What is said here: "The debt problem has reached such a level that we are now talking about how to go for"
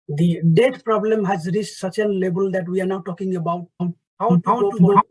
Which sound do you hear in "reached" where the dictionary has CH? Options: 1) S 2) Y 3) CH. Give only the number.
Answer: 1